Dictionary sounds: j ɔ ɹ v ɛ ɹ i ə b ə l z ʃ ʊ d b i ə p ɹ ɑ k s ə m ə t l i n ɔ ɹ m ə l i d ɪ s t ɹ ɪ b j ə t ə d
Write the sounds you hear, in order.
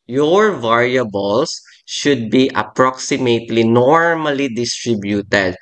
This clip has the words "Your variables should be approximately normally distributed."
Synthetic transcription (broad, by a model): j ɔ ɹ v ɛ ɹ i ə b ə l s ʃ ʊ d b i ə p ɹ ɑ k s ə m ə t l i n ɔ ɹ m ə l i d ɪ s t ɹ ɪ b j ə t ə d